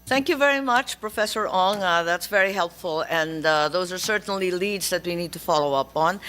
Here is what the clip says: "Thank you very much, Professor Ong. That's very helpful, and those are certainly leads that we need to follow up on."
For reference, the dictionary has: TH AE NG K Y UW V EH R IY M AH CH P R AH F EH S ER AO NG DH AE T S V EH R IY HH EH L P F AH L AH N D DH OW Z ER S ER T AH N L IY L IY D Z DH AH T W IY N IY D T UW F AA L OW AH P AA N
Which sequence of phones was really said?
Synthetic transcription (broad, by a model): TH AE NG K Y UW V EH R IY M AH CH P R AH F EH S ER AO NG DH AE T S V EH R IY HH EH L P F AH L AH N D DH OW Z ER S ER T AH N L IY L IY D Z DH AH T W IY N IY D T UW F AA L OW AH P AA N